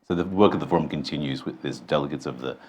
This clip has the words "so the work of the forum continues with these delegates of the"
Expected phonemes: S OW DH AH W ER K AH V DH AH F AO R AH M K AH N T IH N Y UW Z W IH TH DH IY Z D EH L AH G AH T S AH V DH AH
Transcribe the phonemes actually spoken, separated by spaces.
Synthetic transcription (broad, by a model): S OW DH AH W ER K AH V DH AH F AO R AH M K AH N T IH N Y UW Z W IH DH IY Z D EH L AH G AH T S AH V DH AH